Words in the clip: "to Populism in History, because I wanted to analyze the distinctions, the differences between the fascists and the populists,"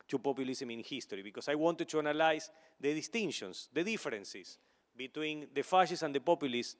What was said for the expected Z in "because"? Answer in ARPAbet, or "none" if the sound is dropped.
S